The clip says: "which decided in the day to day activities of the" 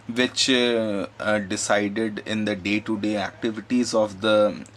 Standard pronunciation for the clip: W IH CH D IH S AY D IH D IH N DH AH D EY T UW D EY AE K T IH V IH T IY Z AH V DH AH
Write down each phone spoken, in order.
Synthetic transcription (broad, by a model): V IH CH D IH S AY D IH D IH N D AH D EY T UW D EY AE K T IH V IH T IY Z AH V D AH